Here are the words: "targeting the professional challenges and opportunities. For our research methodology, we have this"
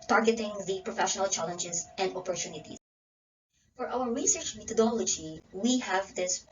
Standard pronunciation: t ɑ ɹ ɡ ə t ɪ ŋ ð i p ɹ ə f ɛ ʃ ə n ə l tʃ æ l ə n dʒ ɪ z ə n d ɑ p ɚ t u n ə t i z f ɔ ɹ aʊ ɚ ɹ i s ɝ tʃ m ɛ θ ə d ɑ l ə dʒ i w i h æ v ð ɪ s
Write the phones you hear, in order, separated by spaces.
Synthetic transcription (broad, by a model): t ɑ ɹ ɡ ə t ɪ ŋ ð i p ɹ ə f ɛ ʃ ə n ə l tʃ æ l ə n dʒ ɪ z ə n d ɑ p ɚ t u n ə t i f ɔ ɹ aʊ ɚ ɹ i s ɝ tʃ m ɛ t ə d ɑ l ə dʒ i w i h æ v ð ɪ s